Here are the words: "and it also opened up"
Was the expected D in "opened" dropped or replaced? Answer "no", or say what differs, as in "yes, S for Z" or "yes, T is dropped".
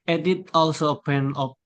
yes, D is dropped